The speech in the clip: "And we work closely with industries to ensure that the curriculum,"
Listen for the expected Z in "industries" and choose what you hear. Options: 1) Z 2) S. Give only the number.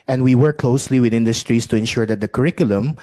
2